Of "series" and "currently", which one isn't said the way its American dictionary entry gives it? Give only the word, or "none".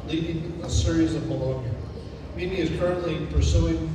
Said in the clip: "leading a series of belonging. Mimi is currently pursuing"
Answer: none